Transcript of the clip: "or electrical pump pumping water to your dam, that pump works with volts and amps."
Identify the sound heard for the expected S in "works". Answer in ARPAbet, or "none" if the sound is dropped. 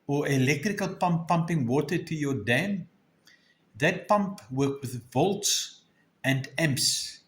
none